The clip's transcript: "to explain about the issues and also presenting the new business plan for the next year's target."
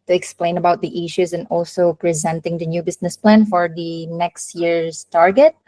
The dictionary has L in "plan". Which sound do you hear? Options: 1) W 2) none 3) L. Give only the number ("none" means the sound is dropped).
3